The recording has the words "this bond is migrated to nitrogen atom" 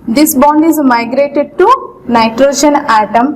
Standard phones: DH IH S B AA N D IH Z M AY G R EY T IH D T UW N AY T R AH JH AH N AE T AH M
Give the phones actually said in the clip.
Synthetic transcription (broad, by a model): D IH S B AA N D IH Z M AY G R EY T IH D T UW N AY T R AH JH AH N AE T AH M